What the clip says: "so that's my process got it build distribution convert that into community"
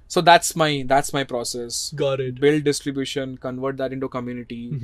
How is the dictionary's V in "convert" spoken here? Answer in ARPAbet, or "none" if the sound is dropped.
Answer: V